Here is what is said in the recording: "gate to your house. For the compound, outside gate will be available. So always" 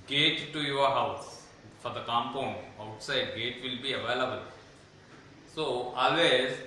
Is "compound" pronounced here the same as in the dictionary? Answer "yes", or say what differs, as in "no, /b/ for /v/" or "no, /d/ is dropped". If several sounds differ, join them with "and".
no, /d/ is dropped